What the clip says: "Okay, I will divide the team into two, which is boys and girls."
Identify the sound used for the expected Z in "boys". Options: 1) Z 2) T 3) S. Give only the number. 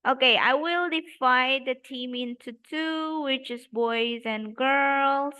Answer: 1